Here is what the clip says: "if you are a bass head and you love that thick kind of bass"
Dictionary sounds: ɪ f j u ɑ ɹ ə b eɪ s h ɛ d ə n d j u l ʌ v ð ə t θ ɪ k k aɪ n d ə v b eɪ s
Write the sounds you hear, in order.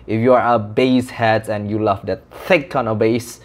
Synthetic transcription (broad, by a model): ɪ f j u ɑ ɹ ə b eɪ s h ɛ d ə n j u l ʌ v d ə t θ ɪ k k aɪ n ə b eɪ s